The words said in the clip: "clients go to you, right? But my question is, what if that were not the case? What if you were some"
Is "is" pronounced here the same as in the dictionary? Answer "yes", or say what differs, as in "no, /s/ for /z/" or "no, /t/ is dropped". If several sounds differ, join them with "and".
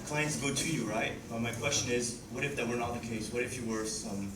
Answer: yes